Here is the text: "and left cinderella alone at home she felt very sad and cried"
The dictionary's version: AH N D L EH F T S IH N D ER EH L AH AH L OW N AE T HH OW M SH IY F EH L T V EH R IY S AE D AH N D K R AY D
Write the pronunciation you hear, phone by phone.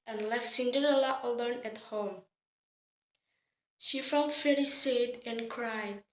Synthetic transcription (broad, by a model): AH N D L EH F T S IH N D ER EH L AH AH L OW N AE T HH OW M SH IY F EH L T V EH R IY S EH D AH N K R AY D